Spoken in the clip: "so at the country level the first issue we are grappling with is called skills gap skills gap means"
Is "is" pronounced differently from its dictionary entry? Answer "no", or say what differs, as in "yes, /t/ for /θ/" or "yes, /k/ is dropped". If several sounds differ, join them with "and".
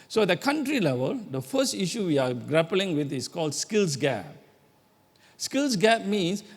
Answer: yes, /s/ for /z/